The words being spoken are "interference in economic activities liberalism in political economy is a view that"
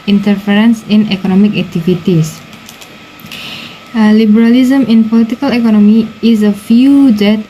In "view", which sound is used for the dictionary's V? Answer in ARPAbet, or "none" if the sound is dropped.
F